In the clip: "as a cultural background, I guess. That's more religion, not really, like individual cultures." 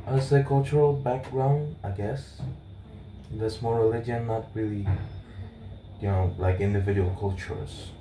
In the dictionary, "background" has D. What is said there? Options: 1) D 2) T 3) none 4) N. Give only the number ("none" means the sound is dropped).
1